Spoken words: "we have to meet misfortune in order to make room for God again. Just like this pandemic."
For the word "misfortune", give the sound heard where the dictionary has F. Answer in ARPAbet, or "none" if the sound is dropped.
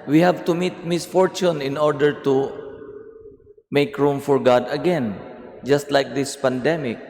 F